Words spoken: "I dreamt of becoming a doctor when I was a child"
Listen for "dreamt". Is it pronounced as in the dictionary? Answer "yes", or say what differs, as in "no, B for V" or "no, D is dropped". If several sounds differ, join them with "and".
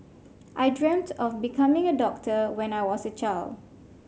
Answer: yes